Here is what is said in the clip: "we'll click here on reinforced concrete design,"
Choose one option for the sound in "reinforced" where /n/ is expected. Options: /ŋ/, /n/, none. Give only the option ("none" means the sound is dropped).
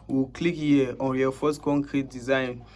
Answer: none